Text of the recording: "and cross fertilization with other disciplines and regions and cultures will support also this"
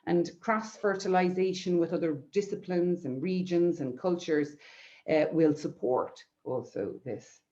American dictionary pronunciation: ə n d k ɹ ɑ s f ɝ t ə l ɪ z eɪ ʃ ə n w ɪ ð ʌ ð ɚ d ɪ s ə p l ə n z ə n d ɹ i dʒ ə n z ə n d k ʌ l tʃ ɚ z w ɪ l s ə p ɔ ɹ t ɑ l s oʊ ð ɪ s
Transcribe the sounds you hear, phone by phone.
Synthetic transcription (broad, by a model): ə n k ɹ ɑ s f ɝ t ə l ɪ z eɪ ʃ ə n w ɪ ð ʌ ð ɚ d ɪ s ə p l ə n z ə n ɹ i dʒ ə n z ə n k ʌ l tʃ ɚ z w ɪ l s ə p ɔ ɹ t ɑ l s oʊ ð ɪ s